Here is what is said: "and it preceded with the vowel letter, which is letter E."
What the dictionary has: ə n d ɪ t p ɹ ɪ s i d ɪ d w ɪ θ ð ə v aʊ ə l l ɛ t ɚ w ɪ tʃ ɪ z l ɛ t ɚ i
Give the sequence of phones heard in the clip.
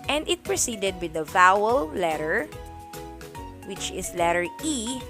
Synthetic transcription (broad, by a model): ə n d ɪ t p ɹ ɪ s i d ɪ d w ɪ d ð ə v aʊ ə l l ɛ t ɚ w ɪ tʃ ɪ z l ɛ t ɚ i